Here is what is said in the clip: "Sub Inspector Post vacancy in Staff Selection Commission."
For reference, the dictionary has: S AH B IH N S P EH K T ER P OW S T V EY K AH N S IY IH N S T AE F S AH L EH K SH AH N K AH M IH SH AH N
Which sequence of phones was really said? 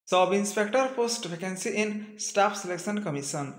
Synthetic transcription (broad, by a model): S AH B IH N S P EH K T ER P OW S T P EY K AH N S IY IH N S T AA P S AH L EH K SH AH N K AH M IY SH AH N